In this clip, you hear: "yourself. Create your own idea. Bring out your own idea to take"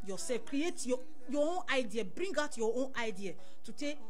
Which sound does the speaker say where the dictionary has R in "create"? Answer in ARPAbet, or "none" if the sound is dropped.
R